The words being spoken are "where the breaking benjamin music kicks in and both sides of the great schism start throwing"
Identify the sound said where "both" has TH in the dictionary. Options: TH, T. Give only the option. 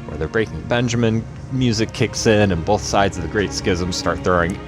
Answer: TH